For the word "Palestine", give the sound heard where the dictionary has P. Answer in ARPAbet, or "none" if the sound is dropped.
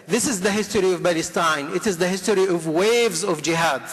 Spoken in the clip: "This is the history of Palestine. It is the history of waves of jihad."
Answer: B